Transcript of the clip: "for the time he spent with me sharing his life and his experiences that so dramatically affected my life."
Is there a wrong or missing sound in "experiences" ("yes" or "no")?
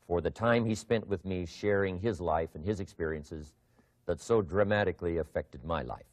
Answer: no